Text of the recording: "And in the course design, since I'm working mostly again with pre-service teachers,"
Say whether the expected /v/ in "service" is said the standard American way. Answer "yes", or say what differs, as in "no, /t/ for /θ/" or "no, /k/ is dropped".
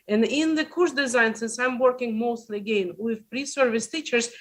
yes